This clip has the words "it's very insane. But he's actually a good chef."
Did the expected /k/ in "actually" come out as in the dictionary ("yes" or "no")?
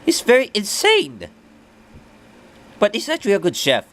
no